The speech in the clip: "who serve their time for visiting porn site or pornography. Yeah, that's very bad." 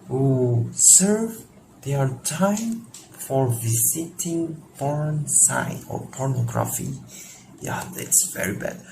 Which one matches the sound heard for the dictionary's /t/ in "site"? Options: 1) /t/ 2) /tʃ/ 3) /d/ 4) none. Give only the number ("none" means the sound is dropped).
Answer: 4